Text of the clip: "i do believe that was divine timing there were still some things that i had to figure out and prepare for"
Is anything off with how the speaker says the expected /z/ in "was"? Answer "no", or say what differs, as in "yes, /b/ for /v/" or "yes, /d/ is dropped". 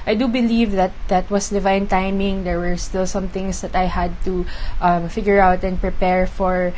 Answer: yes, /s/ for /z/